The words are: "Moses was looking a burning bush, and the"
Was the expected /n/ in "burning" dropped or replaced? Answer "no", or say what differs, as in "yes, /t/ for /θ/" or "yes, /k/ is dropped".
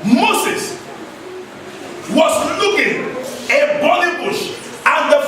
yes, /l/ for /n/